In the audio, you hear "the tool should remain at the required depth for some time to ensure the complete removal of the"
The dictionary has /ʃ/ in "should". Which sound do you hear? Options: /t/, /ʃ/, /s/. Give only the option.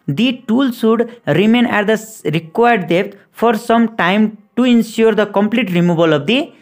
/s/